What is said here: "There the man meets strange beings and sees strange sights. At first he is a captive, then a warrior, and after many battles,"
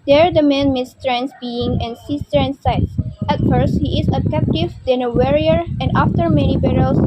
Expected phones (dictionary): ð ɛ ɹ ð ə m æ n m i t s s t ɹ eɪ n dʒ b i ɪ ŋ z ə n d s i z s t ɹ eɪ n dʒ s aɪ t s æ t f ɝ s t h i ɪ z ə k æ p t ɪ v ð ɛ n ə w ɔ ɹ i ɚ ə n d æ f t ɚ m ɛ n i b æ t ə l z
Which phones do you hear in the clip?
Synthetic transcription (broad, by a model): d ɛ ɹ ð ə m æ n m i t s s t ɹ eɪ n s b i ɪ ŋ ə n s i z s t ɹ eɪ n s aɪ t s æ t f ɝ s t h i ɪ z ə k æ p t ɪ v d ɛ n ə w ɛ ɹ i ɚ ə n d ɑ f t ɚ m ɛ n i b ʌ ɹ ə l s